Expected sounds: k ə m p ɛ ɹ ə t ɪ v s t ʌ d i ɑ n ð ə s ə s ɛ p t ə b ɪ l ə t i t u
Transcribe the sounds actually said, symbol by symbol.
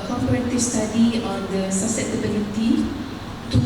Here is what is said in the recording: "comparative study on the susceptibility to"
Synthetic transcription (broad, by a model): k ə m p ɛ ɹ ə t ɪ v s t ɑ d i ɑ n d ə s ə s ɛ t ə b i l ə t i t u